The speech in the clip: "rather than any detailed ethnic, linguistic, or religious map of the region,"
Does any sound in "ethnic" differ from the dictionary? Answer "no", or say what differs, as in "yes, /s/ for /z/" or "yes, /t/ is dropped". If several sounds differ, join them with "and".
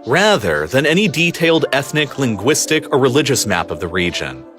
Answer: no